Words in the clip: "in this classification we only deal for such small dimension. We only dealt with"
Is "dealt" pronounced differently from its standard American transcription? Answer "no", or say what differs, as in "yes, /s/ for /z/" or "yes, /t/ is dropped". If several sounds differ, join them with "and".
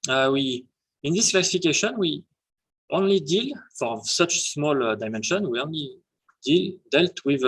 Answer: no